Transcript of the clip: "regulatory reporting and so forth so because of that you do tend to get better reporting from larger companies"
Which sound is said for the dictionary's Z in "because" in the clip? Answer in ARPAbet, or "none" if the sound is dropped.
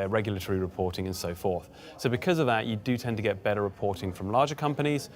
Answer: Z